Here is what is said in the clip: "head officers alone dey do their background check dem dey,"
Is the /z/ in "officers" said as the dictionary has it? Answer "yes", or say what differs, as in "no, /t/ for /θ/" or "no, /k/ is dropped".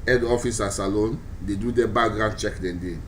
no, /s/ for /z/